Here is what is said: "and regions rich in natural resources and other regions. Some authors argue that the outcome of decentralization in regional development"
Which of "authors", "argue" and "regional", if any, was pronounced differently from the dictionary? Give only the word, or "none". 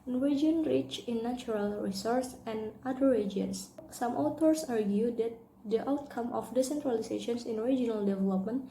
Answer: authors